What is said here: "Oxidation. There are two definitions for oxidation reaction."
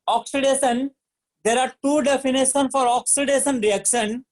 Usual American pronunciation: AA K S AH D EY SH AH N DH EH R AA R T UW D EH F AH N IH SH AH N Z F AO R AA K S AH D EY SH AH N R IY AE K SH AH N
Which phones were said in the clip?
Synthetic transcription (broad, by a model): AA K S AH D EY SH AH N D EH R AA R T UW D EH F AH N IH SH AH N F AO R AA K S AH D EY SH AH N R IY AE K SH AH N